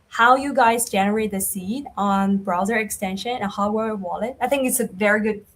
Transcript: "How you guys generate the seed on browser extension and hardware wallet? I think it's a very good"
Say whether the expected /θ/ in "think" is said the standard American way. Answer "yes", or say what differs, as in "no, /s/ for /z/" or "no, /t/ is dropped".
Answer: yes